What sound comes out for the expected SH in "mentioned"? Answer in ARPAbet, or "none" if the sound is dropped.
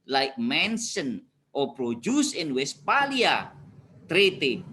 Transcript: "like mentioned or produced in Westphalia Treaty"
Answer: S